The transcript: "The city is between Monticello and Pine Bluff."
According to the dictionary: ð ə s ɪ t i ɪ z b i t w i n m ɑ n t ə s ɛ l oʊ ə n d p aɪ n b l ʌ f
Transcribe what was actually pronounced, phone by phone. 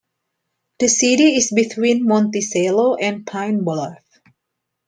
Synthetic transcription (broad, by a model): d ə s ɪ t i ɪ s b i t w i n m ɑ n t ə s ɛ l oʊ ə n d p aɪ n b ʌ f